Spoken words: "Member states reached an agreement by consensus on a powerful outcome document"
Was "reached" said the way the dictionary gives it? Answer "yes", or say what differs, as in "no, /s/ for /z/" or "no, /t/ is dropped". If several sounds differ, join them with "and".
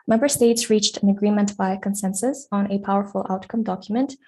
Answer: yes